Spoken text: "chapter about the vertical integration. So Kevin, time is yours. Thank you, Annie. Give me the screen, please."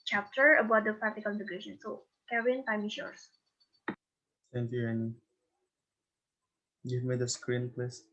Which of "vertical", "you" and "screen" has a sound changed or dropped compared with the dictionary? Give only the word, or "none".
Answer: vertical